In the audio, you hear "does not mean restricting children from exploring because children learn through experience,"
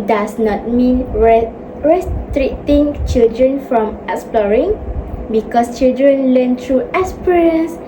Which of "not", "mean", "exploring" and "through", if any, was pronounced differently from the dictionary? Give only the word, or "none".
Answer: through